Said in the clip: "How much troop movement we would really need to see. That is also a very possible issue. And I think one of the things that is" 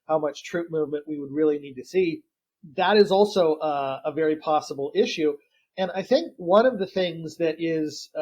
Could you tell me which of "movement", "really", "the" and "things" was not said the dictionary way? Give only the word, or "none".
none